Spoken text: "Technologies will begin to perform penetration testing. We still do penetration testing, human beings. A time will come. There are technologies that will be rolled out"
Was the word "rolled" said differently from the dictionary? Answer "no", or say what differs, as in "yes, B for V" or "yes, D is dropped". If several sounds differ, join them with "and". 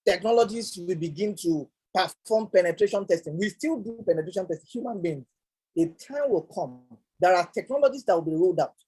no